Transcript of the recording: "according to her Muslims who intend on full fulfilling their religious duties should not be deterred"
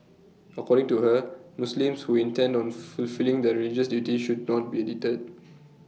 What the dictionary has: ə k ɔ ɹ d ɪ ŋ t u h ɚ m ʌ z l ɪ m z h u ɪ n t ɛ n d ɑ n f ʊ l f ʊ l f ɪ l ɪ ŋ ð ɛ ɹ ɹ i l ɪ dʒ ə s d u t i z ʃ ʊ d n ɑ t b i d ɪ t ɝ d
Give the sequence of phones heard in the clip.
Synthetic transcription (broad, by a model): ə k ɔ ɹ d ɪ ŋ t u h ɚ m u s l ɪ m s h u ɪ n t ɛ n d ɑ n f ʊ l f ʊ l l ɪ ŋ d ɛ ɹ ɹ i l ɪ dʒ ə s d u t i ʃ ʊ d n ɑ t b i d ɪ t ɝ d